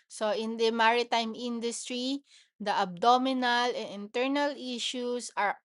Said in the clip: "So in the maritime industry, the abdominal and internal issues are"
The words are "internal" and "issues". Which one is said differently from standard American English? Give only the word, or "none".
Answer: issues